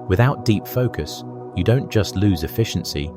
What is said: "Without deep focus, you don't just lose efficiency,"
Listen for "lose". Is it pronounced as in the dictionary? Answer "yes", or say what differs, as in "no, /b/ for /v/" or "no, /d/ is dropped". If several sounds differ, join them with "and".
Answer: yes